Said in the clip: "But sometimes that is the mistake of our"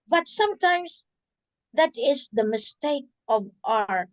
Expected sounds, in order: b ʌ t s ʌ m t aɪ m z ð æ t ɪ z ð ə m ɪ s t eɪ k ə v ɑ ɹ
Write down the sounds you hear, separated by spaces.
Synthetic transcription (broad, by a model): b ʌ t s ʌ m t aɪ m s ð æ t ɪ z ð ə m ɪ s t eɪ k ə v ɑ ɹ